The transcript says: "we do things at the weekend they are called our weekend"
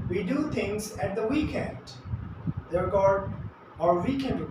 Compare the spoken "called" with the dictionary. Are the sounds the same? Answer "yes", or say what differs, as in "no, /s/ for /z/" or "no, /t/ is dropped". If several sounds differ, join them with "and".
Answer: no, /l/ is dropped